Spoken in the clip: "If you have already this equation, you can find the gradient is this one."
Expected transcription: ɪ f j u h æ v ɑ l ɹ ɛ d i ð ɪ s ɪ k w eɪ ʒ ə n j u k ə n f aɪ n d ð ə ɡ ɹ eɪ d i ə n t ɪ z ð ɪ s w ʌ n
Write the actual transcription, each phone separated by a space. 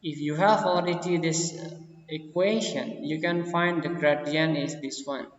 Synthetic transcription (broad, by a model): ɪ f j u h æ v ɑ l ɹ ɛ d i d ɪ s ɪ k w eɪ ʃ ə n j u k ə n f aɪ n d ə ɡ ɹ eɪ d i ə n ɪ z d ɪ s w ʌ n